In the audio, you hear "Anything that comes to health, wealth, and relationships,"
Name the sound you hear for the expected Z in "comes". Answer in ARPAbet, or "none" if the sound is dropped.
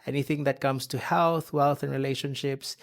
S